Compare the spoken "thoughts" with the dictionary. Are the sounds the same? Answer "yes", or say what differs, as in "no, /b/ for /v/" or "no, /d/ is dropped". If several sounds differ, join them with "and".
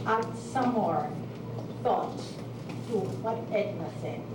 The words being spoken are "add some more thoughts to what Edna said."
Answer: no, /s/ is dropped